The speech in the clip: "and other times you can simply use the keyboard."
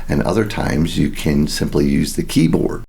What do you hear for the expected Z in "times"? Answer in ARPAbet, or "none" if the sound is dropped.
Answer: Z